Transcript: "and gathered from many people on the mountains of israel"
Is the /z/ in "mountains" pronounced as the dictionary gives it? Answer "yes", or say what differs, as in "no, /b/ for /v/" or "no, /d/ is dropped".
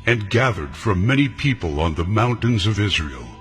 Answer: yes